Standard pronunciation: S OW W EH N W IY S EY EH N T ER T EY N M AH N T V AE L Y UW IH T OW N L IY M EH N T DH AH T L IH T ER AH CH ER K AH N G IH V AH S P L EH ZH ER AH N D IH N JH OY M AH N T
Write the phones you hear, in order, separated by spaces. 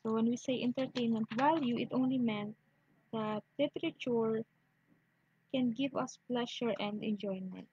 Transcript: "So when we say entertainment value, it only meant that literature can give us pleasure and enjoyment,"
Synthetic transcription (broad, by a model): OW W EH N W IY S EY EH N T ER T EY N M AH N T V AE L Y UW IH T OW N L IY M EH N T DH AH T L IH T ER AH CH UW K AH N G IH V AH S P L EH SH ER AH N D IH N JH OY M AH N T